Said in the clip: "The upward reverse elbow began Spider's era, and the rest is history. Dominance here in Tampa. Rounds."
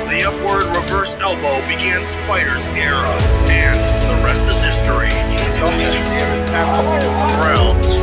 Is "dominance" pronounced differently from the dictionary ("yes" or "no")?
yes